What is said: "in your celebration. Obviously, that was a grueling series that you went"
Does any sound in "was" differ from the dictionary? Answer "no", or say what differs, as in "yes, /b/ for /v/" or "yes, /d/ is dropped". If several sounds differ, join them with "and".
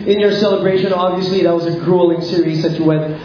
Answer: no